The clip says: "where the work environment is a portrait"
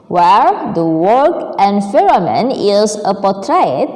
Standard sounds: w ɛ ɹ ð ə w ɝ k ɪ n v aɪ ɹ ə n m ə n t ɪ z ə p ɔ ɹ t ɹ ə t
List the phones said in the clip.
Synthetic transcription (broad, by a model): w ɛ ɹ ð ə w ɝ k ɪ n f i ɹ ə m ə n ɪ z ə p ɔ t ɹ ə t